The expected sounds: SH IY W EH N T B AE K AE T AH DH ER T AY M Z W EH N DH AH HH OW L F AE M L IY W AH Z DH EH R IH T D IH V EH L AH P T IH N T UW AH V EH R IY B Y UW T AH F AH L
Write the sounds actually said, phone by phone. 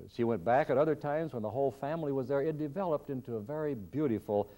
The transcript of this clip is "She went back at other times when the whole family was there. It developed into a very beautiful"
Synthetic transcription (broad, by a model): SH IY W EH N B AE K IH T AH DH ER T AY M Z W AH N DH AH HH OW L F AE M L IY W AH Z DH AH R IH T D IH V EH L AH P T IH N T UW AH V EH R IY B Y UW T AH F L